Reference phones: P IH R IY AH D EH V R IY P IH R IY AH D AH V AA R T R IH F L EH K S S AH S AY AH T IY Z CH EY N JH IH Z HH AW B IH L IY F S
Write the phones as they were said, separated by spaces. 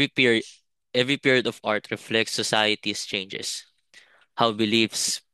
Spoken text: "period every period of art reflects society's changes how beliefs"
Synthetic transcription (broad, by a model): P EH V R IY P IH R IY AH D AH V AA R T R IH F L EH K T S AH S AY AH T IY S CH EY N JH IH S HH AW B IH L IY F S